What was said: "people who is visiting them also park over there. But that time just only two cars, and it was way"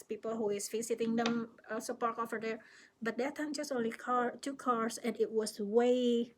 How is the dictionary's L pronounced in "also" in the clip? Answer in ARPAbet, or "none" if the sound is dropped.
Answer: none